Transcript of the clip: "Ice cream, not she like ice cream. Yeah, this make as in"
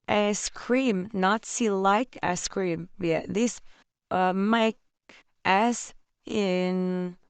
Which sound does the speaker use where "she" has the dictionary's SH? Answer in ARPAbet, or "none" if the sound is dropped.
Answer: S